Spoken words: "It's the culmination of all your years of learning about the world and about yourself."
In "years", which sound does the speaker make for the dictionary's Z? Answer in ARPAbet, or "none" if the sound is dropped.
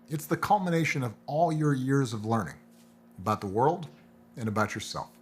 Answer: Z